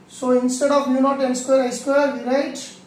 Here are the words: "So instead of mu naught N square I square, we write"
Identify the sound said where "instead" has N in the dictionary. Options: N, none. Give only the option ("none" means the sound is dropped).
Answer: N